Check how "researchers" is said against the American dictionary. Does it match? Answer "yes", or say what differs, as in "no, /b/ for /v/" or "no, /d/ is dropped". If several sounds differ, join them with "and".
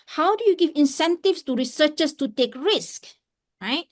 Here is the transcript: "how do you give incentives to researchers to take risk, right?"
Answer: no, /s/ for /z/